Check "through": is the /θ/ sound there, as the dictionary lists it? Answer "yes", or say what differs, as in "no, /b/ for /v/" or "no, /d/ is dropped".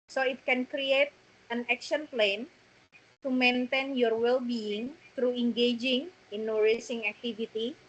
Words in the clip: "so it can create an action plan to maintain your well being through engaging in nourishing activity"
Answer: no, /t/ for /θ/